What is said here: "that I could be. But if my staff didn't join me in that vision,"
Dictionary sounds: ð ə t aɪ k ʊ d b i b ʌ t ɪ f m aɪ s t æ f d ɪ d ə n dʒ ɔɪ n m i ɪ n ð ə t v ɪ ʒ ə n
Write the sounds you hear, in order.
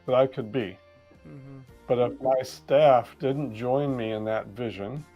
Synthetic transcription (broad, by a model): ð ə t aɪ k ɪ d b i b ʌ t ɪ f m aɪ s t æ f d ɪ d n dʒ ɔɪ n m i ɪ n ð ə t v ɪ ʒ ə n